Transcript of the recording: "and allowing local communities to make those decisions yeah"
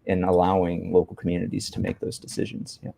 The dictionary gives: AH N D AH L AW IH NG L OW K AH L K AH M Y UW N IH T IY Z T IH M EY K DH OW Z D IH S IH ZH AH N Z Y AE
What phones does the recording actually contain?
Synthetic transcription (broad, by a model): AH N AH L AW IH NG L OW K L K M Y UW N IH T IY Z T IH M EY K DH OW Z D IH S IH ZH AH N Z Y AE